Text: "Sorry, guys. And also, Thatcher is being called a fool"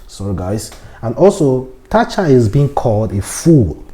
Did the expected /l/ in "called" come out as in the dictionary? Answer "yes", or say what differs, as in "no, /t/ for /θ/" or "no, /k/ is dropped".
yes